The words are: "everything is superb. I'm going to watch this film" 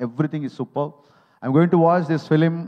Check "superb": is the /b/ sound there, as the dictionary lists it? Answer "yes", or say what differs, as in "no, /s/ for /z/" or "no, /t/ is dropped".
no, /b/ is dropped